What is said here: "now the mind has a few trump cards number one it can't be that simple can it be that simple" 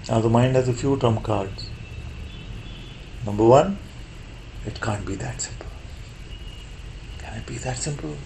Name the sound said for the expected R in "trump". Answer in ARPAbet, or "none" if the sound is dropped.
none